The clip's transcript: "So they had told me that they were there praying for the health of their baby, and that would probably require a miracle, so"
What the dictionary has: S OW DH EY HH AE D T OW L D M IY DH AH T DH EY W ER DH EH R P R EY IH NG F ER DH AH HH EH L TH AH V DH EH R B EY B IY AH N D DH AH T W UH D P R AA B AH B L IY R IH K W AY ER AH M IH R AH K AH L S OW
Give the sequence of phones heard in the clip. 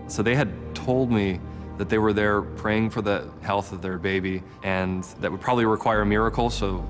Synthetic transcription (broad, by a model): S OW DH EY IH D T OW L D M IY DH AH T DH EY W ER DH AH R P R EY IH NG F ER DH AH HH EH L TH AH V DH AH R B EY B IY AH N DH AH T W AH D P R AA B AH B L IY R IH K W AY ER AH M IH R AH K L S OW